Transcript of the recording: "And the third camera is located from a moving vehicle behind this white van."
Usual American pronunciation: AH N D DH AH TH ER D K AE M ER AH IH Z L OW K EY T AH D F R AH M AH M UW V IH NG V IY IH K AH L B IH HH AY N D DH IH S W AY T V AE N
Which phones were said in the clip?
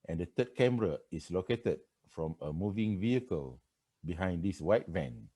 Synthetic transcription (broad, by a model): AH N D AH T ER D K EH M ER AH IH S L OW K EY T AH D F R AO M AH M UW V IH NG V IY IH K AH L B IH HH AY N D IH S W AY T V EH N